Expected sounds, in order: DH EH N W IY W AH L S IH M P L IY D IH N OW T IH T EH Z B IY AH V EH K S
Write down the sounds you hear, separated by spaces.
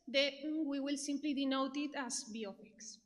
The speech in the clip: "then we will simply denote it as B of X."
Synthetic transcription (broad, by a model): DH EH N W IY W AH L S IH M P L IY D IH N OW T IH T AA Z B IY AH P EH K S